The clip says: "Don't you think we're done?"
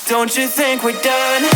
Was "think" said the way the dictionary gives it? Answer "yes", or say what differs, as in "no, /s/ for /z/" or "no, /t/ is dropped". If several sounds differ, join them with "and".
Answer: yes